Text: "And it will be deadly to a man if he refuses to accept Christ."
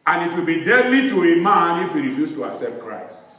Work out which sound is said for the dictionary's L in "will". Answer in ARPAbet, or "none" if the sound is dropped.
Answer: L